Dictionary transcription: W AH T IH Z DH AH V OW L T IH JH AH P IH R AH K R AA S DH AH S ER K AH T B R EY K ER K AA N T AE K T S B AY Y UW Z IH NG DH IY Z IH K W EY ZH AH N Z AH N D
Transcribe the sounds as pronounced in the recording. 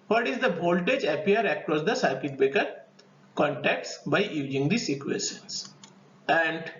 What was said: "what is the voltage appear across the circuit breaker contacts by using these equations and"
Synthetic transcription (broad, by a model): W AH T IH Z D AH B OW L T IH JH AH P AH R AH K R AA S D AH S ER K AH T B EY K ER K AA N T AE K T S B AY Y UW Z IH NG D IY S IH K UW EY SH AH N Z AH N D